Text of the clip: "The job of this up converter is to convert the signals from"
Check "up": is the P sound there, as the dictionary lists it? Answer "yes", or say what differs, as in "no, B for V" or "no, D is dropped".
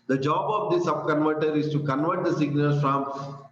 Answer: no, B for P